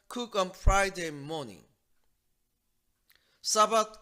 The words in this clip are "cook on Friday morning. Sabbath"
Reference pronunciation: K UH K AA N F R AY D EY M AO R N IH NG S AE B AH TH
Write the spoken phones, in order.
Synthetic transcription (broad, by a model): K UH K AA N F R AY D EY M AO N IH NG S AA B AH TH